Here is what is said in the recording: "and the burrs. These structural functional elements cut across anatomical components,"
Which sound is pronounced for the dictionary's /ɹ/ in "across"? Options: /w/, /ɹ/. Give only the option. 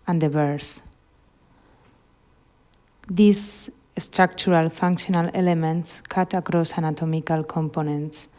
/ɹ/